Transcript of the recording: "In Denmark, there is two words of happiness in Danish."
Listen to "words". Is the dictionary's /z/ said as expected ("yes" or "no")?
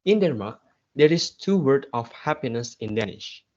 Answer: no